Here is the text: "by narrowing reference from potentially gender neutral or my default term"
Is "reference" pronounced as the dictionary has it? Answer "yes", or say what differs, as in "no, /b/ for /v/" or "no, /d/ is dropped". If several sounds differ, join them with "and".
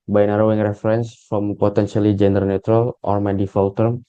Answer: yes